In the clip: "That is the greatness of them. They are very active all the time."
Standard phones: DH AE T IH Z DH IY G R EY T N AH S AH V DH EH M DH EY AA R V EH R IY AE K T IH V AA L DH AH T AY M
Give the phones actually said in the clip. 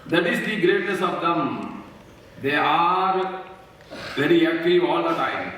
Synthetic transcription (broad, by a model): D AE T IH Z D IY G R EY T N AH S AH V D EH M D EY AA R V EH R IY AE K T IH AA L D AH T AY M